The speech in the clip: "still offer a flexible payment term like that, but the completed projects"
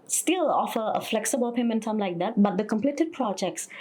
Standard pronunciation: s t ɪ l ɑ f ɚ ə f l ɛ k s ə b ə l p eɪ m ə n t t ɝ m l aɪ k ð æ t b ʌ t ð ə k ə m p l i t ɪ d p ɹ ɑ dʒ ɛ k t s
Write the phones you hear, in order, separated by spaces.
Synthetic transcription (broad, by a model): s t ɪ l ɑ f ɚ ə f l ɛ k s ə b ə l p eɪ m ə n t s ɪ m l aɪ k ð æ t b ʌ t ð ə k ə m p l i t ɪ d p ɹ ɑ dʒ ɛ k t s